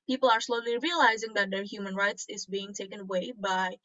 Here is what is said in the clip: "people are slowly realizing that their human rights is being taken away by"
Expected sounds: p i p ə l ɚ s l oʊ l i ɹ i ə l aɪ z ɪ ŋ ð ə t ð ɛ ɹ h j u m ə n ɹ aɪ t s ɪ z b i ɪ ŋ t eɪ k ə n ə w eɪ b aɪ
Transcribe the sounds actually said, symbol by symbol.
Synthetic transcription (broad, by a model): p i p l ɚ s l oʊ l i ɹ i ə l aɪ z ɪ ŋ ð ə t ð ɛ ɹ h j u m ə n ɹ aɪ t s ɪ z b i ɪ ŋ t eɪ k ə n ə w eɪ b aɪ